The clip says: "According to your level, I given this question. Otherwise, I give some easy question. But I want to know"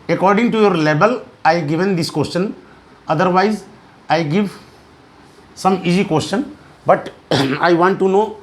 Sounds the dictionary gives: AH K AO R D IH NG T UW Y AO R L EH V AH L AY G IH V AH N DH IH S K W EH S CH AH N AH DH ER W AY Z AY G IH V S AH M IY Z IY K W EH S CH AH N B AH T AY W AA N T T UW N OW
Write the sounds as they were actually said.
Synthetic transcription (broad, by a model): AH K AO R D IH NG T UW Y AO R L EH B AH L AY G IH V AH N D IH S K W EH S CH AH N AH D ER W AY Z AY G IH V S AH M IY Z IY K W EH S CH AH N B AH T AY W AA N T T UW N OW